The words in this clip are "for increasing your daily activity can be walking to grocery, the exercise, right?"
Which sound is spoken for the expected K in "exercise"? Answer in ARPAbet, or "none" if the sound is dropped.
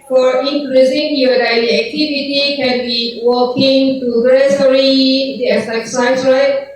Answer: none